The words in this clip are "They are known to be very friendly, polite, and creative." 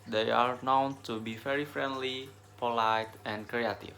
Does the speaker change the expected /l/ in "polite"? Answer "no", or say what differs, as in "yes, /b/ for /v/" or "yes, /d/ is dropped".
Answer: no